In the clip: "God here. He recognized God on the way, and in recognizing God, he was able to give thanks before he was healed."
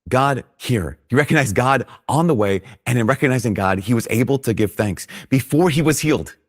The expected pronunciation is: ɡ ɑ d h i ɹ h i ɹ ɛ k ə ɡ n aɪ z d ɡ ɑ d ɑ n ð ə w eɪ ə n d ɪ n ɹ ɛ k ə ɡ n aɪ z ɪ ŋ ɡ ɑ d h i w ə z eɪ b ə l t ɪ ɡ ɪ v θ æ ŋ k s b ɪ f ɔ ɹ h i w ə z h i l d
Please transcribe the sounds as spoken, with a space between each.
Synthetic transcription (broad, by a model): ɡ ɑ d h i ɹ h i ɹ ɛ k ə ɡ n aɪ z ɡ ɑ d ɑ n ð ə w eɪ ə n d ɪ n ɹ ɛ k ə ɡ n aɪ z ɪ ŋ ɡ ɑ d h i w ə z eɪ b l t ɪ ɡ ɪ v θ æ ŋ k s b ɪ f ɔ ɹ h i w ə z h i l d